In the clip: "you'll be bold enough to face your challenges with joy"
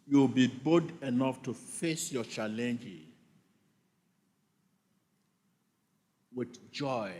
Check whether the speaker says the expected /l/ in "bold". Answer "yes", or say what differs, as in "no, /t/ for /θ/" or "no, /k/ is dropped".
no, /l/ is dropped